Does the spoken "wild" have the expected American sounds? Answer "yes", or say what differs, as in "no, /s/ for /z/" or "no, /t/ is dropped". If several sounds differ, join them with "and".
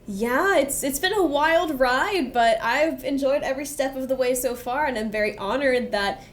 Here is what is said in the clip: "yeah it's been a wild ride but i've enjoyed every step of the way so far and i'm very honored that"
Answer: yes